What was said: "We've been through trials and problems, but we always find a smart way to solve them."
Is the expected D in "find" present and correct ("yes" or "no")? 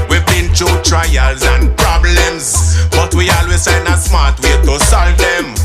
no